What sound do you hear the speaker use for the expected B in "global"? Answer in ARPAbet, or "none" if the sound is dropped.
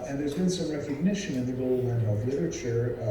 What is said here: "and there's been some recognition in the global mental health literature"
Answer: none